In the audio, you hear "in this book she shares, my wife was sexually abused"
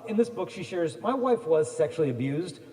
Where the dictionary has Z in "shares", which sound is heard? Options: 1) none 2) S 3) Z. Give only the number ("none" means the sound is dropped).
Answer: 3